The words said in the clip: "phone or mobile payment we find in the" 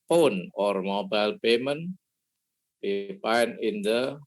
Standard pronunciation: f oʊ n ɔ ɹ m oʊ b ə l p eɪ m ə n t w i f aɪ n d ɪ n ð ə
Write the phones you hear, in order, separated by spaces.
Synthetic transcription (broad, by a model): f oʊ n ɔ ɹ m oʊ b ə l p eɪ m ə n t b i p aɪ n ɪ n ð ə